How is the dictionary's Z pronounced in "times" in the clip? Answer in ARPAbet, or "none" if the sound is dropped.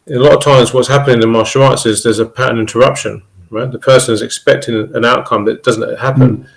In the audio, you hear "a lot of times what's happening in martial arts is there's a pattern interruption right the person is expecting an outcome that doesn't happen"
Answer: Z